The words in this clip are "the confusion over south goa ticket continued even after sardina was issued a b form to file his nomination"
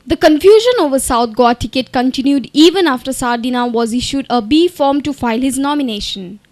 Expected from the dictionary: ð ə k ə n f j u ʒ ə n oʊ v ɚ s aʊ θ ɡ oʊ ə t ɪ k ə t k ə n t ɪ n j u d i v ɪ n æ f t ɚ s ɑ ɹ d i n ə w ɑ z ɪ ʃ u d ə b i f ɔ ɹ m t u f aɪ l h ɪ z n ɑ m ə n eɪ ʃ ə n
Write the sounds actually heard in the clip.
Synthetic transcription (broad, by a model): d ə k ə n f j u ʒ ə n oʊ v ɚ s aʊ t ɡ oʊ ə t ɪ k ə t k ə n t ɪ n j u d i v ɪ n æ f t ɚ s ɑ ɹ d i n ə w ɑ z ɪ ʃ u d ə b i f ɔ ɹ m t u f aɪ l h ɪ z n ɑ m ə n eɪ ʃ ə n